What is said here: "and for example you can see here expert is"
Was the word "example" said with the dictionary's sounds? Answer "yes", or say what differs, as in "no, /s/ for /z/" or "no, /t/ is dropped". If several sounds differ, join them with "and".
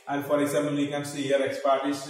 no, /p/ is dropped